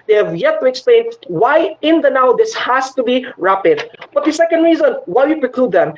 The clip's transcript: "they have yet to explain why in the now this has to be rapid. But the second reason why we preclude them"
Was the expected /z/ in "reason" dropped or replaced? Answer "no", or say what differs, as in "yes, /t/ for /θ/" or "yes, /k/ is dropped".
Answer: no